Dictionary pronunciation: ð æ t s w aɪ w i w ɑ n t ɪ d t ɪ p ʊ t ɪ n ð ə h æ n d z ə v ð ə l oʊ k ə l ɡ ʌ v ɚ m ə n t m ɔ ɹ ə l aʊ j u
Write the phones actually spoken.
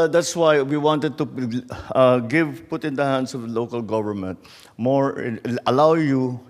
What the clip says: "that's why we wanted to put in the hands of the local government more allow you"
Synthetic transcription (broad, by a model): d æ t s w aɪ w i w ɑ n t ɪ d t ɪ p ʊ t ɪ n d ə h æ n d s ə v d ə l oʊ k ə l ɡ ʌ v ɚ m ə n t m ɔ ɹ ə l aʊ j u